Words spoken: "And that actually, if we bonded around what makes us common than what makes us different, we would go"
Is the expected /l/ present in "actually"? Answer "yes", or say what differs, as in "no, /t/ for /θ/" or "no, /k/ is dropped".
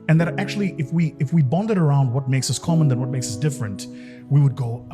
no, /w/ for /l/